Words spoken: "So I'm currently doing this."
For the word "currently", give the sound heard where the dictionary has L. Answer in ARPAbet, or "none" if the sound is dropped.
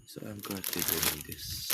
none